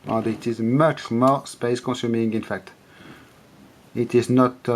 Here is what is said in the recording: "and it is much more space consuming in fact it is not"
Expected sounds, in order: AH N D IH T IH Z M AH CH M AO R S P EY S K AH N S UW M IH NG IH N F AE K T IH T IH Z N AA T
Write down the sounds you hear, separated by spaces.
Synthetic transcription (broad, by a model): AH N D IH T IH Z M AH CH M AO R S P EY S K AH N S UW M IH NG IH N F AE K T IH T IH Z N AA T